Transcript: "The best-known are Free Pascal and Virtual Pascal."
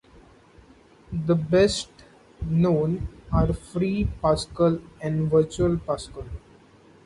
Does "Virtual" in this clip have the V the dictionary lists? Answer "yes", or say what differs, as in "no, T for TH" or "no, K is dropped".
yes